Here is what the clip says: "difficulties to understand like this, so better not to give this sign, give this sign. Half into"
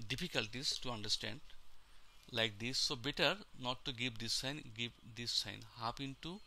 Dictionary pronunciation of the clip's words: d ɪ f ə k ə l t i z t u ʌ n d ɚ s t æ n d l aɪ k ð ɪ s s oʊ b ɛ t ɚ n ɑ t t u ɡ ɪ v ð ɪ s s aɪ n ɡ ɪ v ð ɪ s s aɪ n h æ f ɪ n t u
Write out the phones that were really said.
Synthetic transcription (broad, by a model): d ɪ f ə k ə l t i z t u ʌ n d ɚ s t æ n d l aɪ k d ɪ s s oʊ b ɛ t ɚ n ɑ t t u ɡ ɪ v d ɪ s s aɪ n ɡ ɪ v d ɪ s s aɪ n h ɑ p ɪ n t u